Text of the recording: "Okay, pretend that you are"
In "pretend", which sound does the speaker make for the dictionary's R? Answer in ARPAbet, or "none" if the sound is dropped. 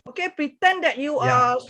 R